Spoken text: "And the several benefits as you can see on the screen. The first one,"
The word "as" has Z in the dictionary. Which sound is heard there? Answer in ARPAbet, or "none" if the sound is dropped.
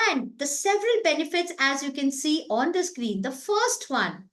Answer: Z